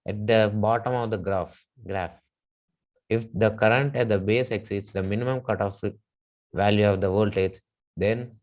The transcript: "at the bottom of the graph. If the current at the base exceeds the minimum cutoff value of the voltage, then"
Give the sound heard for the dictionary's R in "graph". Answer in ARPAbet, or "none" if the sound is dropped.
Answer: R